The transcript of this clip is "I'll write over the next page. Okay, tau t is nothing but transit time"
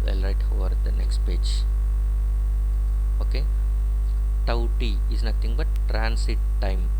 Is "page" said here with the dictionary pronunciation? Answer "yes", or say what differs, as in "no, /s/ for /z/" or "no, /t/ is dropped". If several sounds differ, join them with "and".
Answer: yes